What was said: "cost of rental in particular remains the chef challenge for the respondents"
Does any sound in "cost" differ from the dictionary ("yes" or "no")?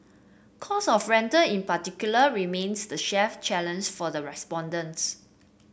yes